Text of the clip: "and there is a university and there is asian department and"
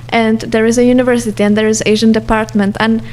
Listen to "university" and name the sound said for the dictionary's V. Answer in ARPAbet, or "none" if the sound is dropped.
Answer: V